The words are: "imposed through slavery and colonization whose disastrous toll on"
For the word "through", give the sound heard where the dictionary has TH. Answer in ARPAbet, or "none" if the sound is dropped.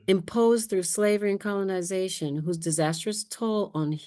TH